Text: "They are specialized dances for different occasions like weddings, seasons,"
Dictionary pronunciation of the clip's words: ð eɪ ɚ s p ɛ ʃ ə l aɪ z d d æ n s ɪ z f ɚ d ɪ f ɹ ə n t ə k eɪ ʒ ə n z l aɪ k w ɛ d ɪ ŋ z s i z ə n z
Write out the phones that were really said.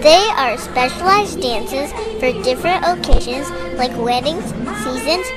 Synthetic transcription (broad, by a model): ð eɪ ɚ s p ɛ ʃ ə l aɪ z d d æ n s ɪ z f ɚ d ɪ f ɹ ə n t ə k eɪ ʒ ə n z l aɪ k w ɛ d ɪ ŋ z s i z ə n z